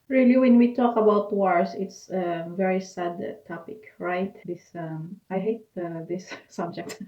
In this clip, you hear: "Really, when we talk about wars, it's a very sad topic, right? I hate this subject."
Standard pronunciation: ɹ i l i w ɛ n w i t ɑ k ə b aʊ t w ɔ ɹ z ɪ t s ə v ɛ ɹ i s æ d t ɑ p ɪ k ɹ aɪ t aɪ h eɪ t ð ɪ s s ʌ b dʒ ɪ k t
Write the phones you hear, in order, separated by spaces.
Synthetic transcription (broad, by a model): ɹ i l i w ɛ n w i t ɑ k ə b aʊ t w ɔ ɹ s ɪ t s ə v ɛ ɹ i s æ d t ɑ p ɪ k ɹ aɪ t aɪ h eɪ t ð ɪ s s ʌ b dʒ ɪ k t